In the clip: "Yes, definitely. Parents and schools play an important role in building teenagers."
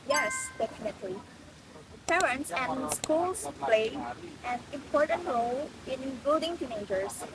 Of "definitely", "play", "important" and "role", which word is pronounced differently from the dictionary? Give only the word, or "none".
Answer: role